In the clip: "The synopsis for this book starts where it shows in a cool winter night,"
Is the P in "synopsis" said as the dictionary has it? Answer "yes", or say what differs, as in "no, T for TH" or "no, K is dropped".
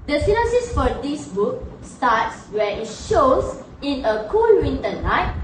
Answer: no, P is dropped